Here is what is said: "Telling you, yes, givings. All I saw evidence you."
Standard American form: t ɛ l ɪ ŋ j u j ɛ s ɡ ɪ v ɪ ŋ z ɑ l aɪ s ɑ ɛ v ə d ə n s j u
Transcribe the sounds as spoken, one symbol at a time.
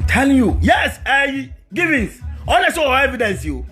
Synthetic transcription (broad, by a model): t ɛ l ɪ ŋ j u j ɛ s ɡ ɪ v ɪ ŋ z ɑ n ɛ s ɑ ɛ v ə d ə n s j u